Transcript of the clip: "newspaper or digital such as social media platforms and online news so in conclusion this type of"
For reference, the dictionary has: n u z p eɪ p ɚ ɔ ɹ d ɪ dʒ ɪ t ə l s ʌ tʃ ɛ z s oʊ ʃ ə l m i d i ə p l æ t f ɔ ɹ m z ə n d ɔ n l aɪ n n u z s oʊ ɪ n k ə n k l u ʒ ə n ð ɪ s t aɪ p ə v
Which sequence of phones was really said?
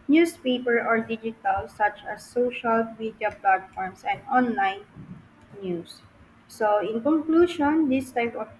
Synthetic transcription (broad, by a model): n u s p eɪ p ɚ ɔ ɹ d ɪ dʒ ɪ t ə l s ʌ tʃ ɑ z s oʊ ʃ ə l m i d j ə p l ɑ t f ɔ ɹ m s ə n d ɔ n l aɪ n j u s oʊ ɪ n k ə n k l u ʃ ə n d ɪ s t aɪ p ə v